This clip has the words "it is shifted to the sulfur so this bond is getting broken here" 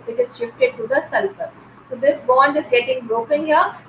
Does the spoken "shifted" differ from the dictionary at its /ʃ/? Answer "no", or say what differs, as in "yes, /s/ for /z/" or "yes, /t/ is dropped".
no